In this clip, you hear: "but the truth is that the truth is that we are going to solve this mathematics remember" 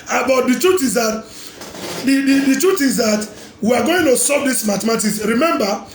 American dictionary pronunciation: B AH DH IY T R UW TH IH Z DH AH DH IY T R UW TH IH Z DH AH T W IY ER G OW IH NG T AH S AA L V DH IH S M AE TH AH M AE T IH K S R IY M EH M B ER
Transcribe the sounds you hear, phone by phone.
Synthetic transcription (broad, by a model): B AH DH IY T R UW T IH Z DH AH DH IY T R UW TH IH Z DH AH T W IY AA G OW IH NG T AH S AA V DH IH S M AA T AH M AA T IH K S R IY M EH M B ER